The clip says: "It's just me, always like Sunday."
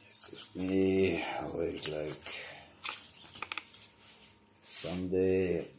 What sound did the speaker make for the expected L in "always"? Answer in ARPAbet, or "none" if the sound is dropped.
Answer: none